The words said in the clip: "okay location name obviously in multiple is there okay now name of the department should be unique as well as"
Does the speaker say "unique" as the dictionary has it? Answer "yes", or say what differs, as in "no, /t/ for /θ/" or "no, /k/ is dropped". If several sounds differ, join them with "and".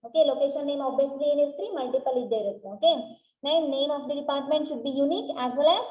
yes